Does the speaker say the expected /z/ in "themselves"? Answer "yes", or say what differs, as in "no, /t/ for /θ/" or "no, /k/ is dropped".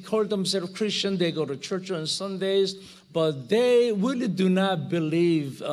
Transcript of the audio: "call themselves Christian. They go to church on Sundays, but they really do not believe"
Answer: no, /z/ is dropped